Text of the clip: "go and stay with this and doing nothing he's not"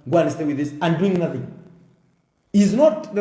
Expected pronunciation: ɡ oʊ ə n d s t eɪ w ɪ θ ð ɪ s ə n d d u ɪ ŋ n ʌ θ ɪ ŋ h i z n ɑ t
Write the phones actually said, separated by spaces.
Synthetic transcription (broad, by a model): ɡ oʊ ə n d s t eɪ w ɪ ð ɪ s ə n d d u ɪ ŋ n ʌ θ ɪ ŋ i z n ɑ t